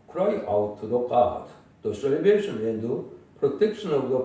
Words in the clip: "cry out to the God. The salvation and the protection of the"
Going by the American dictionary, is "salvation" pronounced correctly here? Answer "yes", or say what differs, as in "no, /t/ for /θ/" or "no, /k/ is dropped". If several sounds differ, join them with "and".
no, /b/ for /v/